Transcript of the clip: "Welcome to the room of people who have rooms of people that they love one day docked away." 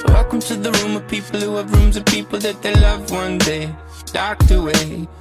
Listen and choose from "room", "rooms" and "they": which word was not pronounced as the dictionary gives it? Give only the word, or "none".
none